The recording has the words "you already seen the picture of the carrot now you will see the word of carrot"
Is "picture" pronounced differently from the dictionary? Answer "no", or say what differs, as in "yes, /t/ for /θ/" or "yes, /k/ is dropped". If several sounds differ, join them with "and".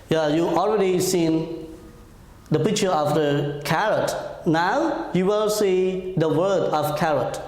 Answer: no